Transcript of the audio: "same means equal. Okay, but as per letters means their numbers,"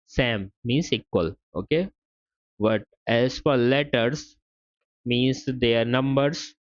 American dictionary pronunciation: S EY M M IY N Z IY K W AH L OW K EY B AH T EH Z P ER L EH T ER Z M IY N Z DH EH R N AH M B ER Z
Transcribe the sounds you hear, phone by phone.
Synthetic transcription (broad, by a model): S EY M M IY N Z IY K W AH L OW K EY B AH T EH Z F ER L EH T ER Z M IY N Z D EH R N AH M B ER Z